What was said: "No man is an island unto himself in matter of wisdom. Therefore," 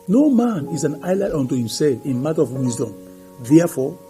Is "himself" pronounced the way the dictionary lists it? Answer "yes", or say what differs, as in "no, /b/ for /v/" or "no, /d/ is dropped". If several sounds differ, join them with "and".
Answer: yes